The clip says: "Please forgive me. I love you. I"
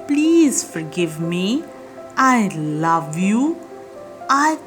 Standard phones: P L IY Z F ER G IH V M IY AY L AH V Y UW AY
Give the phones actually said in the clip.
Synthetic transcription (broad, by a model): P L IY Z F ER G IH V M IY AY L AH V Y UW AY